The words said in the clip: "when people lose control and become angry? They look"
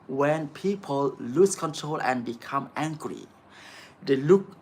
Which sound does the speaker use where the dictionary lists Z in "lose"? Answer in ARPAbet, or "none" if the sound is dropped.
S